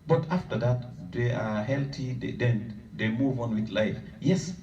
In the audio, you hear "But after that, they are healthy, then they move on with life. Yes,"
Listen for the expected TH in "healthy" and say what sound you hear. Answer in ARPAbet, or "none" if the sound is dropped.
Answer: T